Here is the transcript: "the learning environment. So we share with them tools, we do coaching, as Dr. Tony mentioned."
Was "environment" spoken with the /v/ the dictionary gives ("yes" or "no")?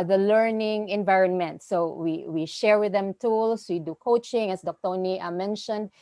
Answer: yes